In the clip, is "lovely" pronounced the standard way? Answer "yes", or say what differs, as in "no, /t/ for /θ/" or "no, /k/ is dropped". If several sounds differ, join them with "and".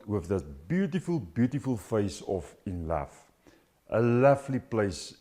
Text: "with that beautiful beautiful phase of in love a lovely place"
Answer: no, /f/ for /v/